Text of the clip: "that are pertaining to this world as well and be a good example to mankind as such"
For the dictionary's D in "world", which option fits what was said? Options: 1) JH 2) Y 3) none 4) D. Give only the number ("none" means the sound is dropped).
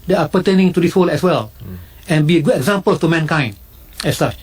3